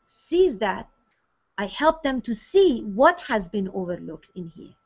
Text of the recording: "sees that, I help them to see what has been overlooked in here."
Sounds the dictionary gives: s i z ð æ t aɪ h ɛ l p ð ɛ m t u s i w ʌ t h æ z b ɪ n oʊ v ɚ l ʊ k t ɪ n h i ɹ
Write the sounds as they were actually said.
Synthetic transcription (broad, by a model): s i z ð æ t aɪ h ɛ l p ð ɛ m t u s i w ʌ t h æ z b ɪ n oʊ v ɚ l ʊ k t ɪ n h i ɹ